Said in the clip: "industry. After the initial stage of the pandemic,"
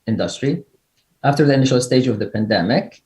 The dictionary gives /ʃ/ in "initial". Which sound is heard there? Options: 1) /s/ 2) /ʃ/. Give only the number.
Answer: 2